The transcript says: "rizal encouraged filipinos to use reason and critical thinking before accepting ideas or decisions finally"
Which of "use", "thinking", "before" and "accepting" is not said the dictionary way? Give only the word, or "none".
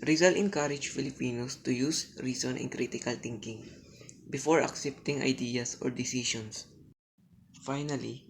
thinking